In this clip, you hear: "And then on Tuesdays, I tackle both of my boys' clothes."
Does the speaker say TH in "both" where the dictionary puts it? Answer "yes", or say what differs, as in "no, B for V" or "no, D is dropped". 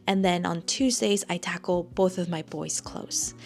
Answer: yes